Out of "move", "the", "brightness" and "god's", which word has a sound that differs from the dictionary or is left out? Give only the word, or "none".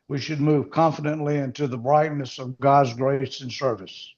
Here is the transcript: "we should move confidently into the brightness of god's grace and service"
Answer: none